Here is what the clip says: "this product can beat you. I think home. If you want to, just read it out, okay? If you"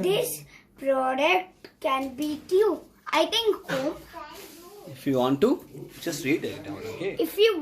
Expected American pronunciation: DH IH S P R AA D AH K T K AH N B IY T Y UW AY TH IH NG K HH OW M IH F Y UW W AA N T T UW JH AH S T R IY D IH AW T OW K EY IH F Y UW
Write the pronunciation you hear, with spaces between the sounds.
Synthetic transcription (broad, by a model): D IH S P R AA D AH K T K AH N B IY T Y UW AY T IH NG K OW IH F Y UW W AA N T T UW JH AH S T R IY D IH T OW K EY IH F Y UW